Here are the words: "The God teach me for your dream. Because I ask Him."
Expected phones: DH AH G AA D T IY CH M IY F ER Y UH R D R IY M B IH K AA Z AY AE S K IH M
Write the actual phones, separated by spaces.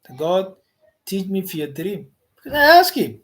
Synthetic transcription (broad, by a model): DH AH G AA D T IY CH M IY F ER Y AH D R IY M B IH AA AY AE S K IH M